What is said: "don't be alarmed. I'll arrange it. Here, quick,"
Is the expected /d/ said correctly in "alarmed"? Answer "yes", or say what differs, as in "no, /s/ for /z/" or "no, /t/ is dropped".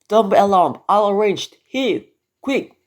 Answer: no, /d/ is dropped